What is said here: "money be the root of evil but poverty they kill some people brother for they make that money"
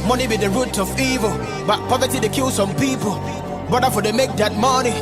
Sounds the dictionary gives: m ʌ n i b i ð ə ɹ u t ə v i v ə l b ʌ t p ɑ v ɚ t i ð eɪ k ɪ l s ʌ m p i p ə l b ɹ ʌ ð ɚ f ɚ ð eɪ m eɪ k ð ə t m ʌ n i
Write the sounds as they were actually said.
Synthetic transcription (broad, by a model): m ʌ n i b i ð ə ɹ u t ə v i v ə l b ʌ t p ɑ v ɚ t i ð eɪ k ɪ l s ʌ m p i p ə l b ʌ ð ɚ f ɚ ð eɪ m eɪ k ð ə t m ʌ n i